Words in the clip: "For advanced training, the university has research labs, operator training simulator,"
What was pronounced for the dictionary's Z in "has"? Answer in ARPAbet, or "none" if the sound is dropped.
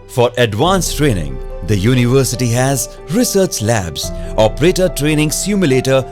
Z